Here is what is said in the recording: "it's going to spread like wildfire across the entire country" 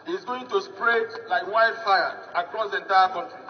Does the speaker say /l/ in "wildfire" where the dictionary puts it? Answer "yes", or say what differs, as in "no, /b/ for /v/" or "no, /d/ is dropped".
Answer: no, /l/ is dropped